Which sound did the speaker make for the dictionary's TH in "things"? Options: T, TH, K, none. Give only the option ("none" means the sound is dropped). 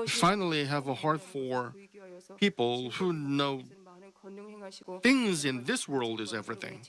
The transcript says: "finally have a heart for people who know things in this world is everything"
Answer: TH